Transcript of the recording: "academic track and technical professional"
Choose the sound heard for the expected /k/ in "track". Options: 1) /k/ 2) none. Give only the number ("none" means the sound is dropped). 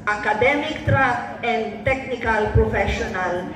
2